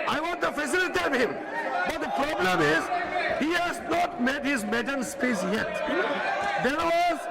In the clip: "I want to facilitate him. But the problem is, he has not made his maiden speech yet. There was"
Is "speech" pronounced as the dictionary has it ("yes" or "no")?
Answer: no